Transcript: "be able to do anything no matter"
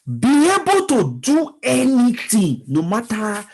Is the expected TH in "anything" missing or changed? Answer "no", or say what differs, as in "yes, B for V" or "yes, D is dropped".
yes, T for TH